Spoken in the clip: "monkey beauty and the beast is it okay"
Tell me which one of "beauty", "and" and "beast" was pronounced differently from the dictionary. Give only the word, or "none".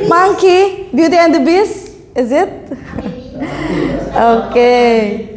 beast